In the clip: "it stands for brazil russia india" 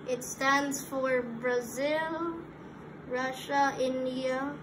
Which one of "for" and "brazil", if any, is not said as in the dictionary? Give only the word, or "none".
none